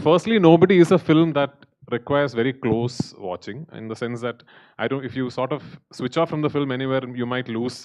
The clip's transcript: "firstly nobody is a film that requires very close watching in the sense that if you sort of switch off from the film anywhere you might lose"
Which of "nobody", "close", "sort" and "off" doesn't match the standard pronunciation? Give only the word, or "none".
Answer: none